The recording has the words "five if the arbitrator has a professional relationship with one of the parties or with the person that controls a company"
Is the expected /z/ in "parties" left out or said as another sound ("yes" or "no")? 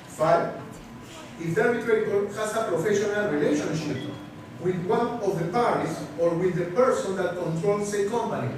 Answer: yes